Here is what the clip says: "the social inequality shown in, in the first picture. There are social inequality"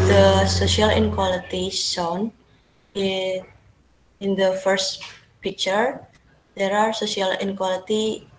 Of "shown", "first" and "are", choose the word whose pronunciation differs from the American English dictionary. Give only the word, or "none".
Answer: shown